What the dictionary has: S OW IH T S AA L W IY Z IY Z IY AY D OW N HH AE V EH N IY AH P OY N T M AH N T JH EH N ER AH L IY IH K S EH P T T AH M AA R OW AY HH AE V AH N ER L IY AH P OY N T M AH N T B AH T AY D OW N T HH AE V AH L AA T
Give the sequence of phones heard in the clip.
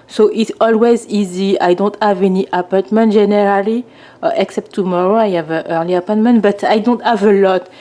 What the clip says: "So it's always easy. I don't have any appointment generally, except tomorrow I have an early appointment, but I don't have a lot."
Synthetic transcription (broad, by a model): S OW IH T S AA L W IY Z IY Z IY AY D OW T HH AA V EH N IY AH P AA T M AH N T ZH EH N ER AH L IY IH K S EH P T T AH M AA R OW AY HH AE V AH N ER L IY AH P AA T M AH N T B AH T AY D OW N T HH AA V AH L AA T